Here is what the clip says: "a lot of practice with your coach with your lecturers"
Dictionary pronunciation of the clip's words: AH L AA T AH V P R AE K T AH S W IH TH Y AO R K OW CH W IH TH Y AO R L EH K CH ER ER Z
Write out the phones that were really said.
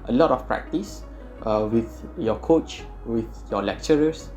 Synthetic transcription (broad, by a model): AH L AA T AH F P R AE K T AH S W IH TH Y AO K OW CH W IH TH Y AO L EH K CH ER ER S